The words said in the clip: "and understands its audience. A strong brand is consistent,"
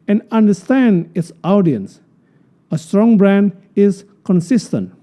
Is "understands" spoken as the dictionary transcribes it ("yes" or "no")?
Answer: no